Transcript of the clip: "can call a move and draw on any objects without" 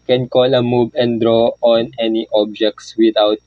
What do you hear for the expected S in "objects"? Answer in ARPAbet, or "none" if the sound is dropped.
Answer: S